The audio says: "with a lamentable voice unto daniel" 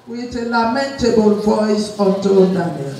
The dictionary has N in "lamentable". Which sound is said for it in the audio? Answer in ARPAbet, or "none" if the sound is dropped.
N